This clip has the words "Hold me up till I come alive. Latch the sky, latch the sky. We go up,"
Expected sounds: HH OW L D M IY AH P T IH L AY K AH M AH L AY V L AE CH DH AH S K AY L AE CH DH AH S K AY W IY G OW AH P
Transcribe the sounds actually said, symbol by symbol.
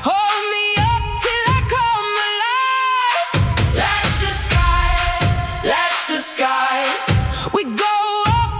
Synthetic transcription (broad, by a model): HH OW L D M IY AH P T IH L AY K AH M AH L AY L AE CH DH AH S K AY L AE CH DH AH S K AY W IY G OW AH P